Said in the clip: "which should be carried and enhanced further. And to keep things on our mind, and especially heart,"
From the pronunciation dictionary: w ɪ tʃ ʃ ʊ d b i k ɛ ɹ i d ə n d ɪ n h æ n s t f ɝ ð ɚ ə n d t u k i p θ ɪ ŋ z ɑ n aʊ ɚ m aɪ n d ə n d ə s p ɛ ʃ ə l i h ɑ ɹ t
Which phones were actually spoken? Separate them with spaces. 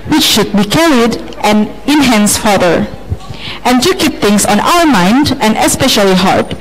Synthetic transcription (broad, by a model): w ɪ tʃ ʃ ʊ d b i k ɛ ɹ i d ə n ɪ n h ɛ n s f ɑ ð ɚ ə n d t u k i p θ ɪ ŋ s ɑ n aʊ ɚ m aɪ n d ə n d ə s p ɛ ʃ ə l i h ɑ ɹ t